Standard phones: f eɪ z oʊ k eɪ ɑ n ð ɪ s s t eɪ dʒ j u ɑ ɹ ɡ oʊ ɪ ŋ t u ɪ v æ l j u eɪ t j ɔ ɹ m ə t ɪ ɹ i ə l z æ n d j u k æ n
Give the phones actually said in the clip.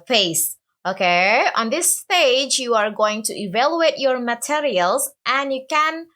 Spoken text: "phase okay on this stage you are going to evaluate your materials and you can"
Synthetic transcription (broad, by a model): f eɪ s oʊ k eɪ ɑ n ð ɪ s s t eɪ dʒ j u ɑ ɹ ɡ oʊ ɪ ŋ t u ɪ v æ l j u eɪ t j ɔ ɹ m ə t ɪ ɹ i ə l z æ n j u k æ n